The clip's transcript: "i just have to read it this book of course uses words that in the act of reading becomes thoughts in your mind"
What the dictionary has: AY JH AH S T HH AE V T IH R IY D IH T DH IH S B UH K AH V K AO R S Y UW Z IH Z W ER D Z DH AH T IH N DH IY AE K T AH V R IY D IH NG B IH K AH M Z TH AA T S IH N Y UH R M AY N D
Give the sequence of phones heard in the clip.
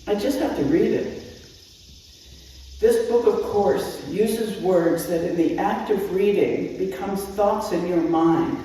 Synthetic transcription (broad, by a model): AY JH AH S T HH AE F T IH R IY D IH T DH IH S B UH K AH V K AO R S Y UW Z IH Z W ER D Z DH AH T IH N DH IY AE K T AH V R IY D IH NG B IH K AH M Z TH AA T S IH N Y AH R M AY N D